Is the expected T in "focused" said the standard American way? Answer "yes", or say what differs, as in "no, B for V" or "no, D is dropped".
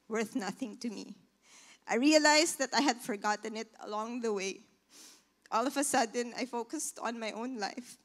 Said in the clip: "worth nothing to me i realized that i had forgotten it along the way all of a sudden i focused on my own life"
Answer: yes